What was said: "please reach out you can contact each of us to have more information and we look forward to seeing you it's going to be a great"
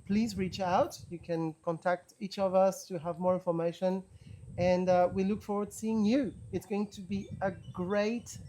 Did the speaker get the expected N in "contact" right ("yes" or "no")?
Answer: yes